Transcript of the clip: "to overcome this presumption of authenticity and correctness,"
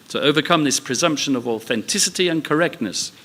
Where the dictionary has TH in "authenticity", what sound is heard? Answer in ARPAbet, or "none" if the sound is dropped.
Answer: TH